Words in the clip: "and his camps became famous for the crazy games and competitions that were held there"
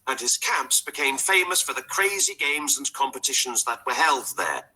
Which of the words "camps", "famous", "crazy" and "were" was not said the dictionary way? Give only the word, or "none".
none